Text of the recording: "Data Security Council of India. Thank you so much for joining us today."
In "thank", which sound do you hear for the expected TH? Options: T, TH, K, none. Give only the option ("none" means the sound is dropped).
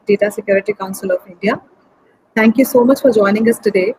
T